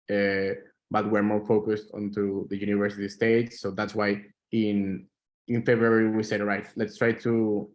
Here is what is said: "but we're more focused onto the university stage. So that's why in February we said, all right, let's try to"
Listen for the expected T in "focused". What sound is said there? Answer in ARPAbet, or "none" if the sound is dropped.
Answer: T